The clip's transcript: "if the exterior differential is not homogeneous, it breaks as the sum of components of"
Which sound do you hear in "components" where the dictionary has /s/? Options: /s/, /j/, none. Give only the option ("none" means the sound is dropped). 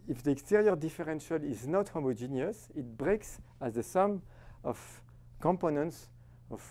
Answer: /s/